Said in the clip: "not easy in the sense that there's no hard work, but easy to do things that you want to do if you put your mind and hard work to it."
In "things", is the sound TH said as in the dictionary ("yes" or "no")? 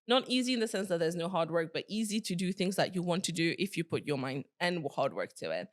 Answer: yes